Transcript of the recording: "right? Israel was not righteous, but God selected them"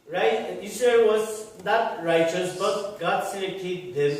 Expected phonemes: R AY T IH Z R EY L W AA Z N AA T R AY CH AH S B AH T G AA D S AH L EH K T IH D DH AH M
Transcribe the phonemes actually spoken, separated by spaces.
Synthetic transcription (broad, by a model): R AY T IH S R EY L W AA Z N AA T R AY CH AH S B AH T G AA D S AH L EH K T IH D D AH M